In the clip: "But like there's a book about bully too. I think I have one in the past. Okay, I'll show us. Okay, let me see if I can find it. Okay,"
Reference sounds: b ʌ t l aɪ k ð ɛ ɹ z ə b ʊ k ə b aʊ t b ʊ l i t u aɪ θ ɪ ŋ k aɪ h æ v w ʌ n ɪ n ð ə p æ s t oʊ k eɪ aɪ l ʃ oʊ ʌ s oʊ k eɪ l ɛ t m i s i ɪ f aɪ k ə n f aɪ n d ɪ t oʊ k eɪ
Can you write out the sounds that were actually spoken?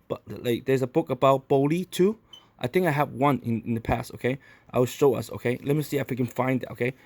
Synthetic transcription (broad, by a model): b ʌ t l aɪ k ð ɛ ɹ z ə b ʊ k ə b aʊ t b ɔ l i t u aɪ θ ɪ ŋ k aɪ h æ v w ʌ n ɪ n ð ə p æ s t oʊ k eɪ aɪ w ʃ oʊ ʌ s oʊ k eɪ l ɛ t m i s i ɪ f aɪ k ə n f aɪ n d ɪ t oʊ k eɪ